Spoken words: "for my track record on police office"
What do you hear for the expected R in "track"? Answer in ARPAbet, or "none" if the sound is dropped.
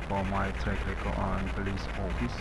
none